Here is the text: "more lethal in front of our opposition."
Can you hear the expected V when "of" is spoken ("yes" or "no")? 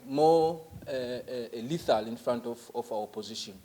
no